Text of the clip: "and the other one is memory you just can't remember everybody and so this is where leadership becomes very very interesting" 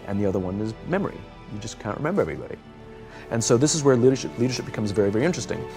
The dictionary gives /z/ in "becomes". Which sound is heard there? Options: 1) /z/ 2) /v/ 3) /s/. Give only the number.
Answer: 1